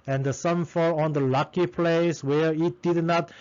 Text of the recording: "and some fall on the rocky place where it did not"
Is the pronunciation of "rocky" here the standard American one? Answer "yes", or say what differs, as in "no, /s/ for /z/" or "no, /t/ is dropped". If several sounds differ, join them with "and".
no, /l/ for /ɹ/